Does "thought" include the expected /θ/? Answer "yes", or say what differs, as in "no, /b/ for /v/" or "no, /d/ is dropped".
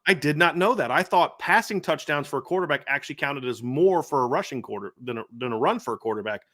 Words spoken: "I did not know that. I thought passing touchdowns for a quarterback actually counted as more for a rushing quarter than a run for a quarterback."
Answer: yes